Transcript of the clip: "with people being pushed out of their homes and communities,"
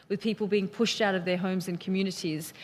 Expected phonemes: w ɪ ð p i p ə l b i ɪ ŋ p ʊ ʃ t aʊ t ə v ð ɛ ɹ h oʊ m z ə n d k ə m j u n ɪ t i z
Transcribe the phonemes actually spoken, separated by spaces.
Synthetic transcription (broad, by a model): w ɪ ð p i p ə l b i ɪ ŋ p ʊ ʃ t aʊ t ə v ð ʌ ɹ h oʊ m z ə n k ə m j u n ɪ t i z